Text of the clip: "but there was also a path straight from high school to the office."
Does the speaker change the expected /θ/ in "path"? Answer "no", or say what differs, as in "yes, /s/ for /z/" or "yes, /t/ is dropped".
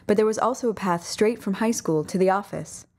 no